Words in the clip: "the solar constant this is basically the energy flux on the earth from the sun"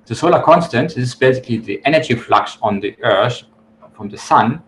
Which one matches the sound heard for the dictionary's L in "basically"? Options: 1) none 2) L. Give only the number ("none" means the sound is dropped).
2